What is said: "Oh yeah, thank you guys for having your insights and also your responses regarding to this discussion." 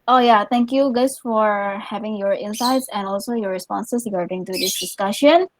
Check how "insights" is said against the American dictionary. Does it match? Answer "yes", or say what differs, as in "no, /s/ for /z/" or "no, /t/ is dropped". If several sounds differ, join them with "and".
yes